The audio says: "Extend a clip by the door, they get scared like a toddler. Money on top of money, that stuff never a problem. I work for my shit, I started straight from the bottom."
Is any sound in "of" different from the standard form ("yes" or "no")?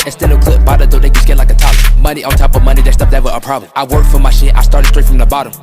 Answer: no